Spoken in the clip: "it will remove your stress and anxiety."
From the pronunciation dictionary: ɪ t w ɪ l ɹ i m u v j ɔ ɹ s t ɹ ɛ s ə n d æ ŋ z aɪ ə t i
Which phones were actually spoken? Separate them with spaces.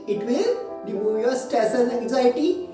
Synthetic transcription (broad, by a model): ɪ t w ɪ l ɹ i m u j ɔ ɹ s t ɛ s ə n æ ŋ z aɪ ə t i